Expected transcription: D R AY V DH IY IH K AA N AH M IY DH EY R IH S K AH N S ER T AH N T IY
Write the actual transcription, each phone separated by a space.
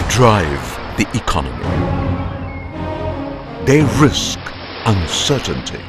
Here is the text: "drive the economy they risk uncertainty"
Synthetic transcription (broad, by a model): D R AY V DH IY IH K AA N AH M IY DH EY R IH S K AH N S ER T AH N T IY